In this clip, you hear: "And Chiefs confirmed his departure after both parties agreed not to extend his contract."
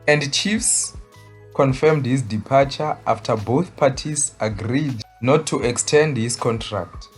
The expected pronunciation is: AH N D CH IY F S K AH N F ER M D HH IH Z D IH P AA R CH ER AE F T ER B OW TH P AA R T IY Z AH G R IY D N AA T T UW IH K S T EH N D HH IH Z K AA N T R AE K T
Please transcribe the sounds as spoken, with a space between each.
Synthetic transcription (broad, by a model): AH N D CH IY F S K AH N F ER M D HH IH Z D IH P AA CH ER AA F T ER B OW TH P AA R T IY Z AH G R IY D N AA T T UW IH K S T EH N D HH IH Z K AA N T R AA K T